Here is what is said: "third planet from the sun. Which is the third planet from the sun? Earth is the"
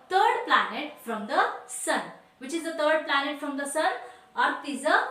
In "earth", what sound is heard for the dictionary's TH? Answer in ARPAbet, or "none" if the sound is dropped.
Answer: T